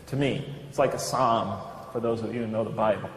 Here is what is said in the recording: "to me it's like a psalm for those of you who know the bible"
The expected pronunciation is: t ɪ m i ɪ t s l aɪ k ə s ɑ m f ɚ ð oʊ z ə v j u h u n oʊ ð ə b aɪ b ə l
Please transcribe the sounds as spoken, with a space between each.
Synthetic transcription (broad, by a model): t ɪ m i ɪ t s l aɪ k ə s ɑ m f ɚ ð oʊ ə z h u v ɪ n oʊ ð ə b aɪ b